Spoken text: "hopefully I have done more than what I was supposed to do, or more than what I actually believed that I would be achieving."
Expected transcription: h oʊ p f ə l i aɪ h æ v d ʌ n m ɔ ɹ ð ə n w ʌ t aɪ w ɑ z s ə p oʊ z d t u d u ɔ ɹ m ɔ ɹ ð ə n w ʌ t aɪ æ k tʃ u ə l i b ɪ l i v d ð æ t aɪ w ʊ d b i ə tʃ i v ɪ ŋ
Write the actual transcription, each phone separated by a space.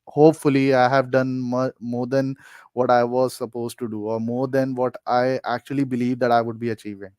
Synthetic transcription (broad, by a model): h oʊ p f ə l i aɪ h æ v d ʌ n m ɔ ɹ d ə n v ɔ t aɪ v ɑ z s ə p oʊ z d t u d u ɔ ɹ m ɔ ɹ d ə n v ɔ t aɪ æ k tʃ u ə l i b ɪ l i v d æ t aɪ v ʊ d b i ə tʃ i v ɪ ŋ